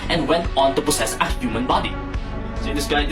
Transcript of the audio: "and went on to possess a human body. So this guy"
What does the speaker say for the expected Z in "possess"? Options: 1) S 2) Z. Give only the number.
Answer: 1